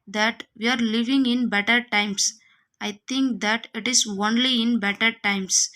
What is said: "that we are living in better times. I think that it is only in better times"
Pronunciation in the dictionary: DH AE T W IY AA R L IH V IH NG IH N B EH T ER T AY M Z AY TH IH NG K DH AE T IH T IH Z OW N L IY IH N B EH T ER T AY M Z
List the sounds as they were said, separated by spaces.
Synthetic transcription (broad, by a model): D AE T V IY AA R L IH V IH NG IH N B EH T ER T AY M S AY T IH NG K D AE T IH T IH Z OW N L IY IH N B EH T ER T AY M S